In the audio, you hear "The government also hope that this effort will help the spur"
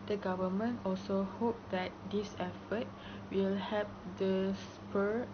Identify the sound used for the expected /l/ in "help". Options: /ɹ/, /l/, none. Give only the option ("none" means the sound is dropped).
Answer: none